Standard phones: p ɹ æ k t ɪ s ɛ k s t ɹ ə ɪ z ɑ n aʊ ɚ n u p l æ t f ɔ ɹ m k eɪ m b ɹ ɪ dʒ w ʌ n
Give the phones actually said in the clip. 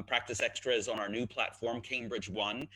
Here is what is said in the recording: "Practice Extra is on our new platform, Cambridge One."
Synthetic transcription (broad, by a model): p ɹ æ k t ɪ s ɛ k s t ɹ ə ɪ z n aʊ ɚ n u p l æ t f ɔ ɹ m k eɪ m b ɹ ɪ dʒ w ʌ n